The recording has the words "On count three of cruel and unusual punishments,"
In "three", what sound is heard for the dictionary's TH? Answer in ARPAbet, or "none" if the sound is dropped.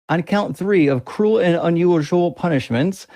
TH